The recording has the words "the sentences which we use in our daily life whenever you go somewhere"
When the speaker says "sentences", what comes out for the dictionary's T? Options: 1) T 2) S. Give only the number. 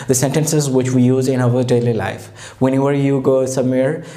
1